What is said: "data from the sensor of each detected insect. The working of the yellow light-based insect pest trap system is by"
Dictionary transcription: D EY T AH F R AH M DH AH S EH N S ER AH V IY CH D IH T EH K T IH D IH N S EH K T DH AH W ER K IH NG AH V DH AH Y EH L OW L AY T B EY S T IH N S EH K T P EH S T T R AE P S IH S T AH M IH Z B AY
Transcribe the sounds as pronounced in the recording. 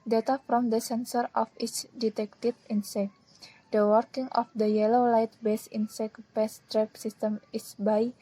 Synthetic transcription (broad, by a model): D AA T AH F R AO M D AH S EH N S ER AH F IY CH D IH T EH K T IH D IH N S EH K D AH W ER K IH NG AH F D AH Y EH L OW L AY T B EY S IH N S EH K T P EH S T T R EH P S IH S T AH M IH S B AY